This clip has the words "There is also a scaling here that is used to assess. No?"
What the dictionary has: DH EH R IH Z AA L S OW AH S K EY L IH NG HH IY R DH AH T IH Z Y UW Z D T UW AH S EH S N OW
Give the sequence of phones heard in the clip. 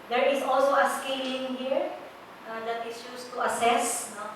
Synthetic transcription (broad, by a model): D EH R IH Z AA L S OW AH S K EY L IH NG HH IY R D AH T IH S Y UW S T UW AH S EH S N OW